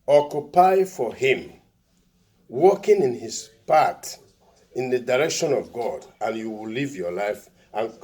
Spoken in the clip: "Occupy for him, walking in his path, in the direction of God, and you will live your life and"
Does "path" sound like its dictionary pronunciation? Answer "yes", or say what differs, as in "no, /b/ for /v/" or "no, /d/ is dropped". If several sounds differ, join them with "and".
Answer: no, /t/ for /θ/